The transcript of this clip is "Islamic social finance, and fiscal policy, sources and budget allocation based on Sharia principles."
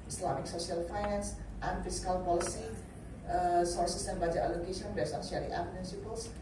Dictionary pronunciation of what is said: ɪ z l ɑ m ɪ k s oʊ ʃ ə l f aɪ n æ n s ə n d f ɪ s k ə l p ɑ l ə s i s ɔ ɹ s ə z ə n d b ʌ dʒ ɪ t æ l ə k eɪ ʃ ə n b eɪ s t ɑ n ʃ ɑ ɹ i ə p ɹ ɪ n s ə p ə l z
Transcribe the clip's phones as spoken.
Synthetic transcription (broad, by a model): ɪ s l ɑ m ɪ k s oʊ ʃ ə l f aɪ n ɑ n s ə n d f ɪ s k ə l p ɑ l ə s i s ɔ ɹ s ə s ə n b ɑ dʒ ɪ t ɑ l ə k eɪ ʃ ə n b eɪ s ɑ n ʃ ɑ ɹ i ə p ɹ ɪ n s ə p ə l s